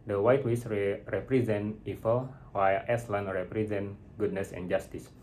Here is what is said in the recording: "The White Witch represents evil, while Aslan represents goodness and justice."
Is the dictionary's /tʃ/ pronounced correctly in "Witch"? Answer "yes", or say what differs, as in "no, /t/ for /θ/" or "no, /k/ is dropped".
no, /s/ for /tʃ/